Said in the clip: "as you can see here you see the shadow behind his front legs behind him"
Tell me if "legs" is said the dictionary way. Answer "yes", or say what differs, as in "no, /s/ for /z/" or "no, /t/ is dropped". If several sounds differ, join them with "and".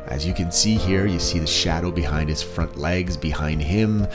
yes